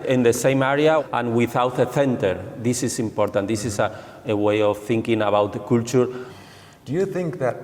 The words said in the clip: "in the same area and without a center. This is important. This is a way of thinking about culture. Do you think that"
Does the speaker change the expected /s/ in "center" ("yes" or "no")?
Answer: yes